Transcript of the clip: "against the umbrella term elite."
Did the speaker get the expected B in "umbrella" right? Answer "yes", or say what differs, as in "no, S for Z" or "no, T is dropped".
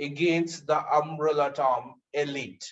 no, B is dropped